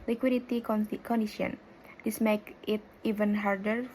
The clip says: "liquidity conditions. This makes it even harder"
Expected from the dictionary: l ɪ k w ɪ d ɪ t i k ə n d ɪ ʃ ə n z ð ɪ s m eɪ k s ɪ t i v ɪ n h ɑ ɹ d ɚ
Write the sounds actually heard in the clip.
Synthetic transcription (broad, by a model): l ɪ k w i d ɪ t i k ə n d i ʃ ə n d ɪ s m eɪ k ɪ t i v ɪ n h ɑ ɹ d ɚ